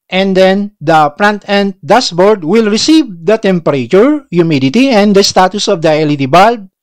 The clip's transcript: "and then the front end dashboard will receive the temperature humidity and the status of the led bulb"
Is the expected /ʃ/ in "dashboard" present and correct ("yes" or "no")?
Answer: no